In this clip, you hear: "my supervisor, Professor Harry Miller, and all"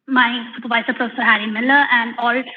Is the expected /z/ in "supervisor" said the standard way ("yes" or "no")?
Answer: no